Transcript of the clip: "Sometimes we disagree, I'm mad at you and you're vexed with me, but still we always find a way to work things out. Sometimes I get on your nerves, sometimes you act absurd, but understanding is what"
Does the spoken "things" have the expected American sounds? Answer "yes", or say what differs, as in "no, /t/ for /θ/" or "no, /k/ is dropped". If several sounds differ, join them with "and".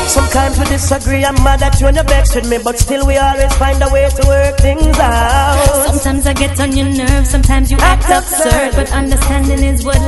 yes